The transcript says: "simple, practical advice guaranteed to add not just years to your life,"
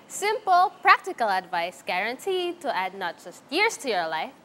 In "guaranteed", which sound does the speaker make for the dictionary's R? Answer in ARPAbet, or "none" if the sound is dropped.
R